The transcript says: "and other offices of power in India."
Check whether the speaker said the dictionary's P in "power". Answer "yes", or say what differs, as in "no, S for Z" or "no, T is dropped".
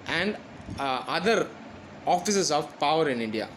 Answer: yes